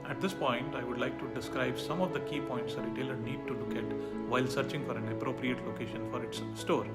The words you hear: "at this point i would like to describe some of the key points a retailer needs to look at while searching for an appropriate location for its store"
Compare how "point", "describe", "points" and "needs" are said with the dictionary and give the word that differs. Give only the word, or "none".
needs